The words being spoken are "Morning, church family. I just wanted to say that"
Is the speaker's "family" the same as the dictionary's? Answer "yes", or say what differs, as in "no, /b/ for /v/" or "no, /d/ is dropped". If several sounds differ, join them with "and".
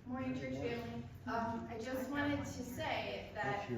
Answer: no, /l/ is dropped